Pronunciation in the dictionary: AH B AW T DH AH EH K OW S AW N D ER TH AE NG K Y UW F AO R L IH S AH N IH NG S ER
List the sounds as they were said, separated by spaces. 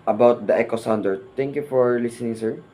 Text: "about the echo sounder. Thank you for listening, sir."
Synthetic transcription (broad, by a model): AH B AW T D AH EH K OW S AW N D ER T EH NG K Y UW F AO R L IH S AH N IH NG S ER